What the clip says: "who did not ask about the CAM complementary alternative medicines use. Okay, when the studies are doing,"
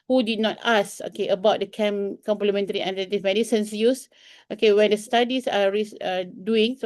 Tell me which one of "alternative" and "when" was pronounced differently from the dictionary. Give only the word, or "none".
alternative